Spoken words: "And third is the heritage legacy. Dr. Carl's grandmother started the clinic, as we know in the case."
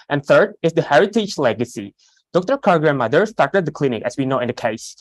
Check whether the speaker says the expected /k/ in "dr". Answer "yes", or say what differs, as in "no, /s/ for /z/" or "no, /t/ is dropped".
yes